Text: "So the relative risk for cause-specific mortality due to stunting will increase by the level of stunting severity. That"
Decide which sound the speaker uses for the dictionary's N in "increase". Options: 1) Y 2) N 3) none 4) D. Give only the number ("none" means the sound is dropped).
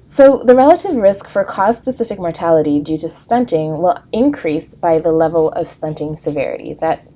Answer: 2